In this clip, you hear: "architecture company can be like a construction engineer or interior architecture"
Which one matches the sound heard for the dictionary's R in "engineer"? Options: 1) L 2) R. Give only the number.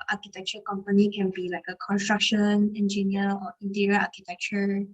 1